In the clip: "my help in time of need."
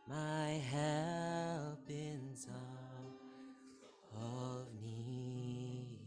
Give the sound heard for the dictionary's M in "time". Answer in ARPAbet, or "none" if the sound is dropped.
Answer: none